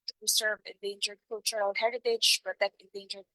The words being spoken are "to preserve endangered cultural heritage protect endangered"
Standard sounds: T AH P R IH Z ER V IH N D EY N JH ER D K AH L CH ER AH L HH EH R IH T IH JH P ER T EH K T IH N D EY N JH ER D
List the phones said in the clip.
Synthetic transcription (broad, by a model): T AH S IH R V IH N D EY N JH ER D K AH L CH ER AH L HH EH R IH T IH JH B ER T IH T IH N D EY N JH ER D